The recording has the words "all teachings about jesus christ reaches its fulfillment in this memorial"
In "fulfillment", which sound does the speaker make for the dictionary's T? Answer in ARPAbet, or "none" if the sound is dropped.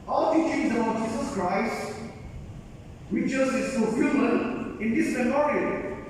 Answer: none